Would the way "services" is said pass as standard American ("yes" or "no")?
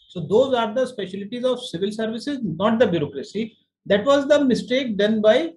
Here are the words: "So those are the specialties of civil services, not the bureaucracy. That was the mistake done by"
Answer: yes